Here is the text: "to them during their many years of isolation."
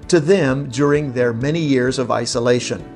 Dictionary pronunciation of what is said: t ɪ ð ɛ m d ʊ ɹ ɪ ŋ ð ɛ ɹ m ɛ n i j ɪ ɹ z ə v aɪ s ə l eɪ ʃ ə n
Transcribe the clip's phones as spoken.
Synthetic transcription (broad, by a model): t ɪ ð ɛ m d ʊ ɹ ɪ ŋ ð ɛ ɹ m ɛ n i j ɪ ɹ z ə v aɪ s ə l eɪ ʃ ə n